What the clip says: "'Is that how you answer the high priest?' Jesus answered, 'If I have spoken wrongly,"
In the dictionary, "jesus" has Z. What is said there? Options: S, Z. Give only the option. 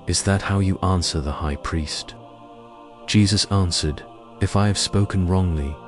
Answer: Z